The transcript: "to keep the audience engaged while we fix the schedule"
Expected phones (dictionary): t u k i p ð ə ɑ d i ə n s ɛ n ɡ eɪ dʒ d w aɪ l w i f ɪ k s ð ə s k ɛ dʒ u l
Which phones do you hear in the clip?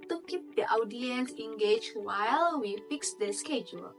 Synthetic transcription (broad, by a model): t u k i p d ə ɑ d i ə n s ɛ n ɡ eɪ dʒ w aɪ l w i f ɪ k s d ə s k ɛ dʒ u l